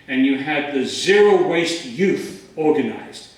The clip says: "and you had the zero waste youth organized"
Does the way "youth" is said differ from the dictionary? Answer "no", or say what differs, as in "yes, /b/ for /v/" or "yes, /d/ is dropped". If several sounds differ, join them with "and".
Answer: no